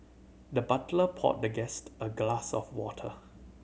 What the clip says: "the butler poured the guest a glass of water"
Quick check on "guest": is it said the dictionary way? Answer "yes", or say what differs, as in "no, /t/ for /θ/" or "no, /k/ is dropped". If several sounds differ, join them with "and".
yes